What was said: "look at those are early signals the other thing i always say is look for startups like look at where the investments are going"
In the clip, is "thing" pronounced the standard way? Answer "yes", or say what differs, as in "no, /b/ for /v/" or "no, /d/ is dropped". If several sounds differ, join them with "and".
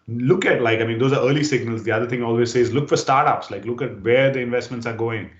no, /t/ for /θ/